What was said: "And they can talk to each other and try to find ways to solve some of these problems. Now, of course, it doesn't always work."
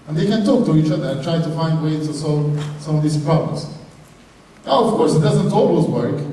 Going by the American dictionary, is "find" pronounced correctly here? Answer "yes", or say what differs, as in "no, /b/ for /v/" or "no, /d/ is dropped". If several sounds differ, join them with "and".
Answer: yes